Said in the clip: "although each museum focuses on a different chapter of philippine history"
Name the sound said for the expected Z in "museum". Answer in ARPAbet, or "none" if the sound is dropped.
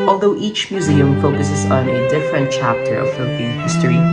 Z